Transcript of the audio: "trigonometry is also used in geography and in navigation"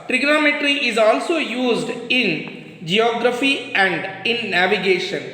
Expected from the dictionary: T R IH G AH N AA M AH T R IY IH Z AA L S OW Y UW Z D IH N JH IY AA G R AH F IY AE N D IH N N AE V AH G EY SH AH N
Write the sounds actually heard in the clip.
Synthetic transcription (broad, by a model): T R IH G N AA M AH T R IY IH Z AA L S OW Y UW Z D IH N JH IY AA G R AH F IY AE N D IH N N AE V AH G EY SH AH N